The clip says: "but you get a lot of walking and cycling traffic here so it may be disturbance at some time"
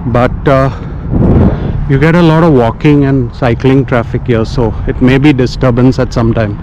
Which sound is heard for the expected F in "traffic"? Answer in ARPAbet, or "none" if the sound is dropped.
F